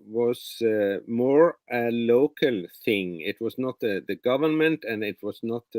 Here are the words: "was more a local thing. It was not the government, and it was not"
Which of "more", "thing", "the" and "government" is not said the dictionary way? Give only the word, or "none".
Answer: none